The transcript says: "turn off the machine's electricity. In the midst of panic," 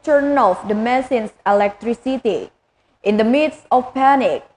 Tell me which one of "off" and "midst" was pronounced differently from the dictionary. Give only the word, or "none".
midst